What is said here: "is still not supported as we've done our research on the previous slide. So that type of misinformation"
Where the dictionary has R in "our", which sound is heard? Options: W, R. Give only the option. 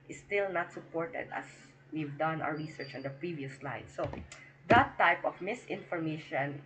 W